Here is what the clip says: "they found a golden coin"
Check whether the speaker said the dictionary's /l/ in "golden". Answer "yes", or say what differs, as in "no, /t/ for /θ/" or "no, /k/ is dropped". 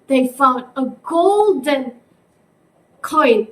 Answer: yes